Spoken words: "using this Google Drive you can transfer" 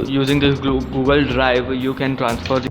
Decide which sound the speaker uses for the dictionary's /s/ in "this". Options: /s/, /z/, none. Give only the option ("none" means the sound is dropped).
none